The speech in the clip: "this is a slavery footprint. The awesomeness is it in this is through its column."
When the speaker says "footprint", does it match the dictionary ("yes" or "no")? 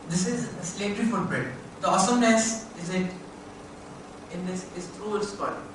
no